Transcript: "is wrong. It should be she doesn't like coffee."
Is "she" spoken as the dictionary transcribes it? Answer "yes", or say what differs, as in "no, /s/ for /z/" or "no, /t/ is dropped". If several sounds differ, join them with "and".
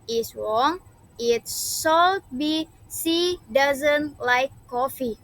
no, /s/ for /ʃ/